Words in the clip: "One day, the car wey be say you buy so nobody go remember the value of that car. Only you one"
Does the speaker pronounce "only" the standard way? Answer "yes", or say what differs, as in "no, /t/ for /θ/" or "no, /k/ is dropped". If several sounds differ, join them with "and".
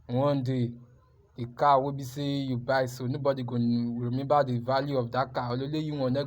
no, /n/ is dropped